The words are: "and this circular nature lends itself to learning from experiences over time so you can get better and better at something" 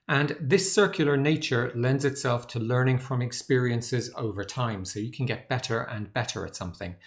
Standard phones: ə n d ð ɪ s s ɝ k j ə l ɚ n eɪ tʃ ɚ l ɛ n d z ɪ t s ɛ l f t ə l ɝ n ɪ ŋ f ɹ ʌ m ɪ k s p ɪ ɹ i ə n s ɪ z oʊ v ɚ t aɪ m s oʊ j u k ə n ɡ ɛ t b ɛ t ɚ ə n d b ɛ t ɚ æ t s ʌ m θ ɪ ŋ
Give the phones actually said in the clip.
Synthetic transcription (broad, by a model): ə n ð ɪ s s ɝ k j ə l ɚ n eɪ tʃ ɚ l ɛ n d z ɪ t s ɛ l f t ə l ɝ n ɪ ŋ f ɹ ʌ m ɪ k s p ɪ ɹ i ə n s ɪ z oʊ v ɚ t aɪ m s oʊ j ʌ k ə n ɡ ɛ t b ɛ t ɚ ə n b ɛ t ɚ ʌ t s ʌ m θ ɪ ŋ